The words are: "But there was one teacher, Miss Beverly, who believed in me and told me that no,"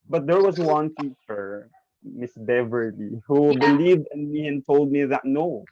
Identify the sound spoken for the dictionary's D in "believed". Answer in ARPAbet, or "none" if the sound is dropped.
D